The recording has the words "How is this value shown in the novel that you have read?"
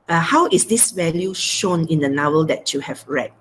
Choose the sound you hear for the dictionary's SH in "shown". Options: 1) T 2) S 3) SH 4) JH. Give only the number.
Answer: 3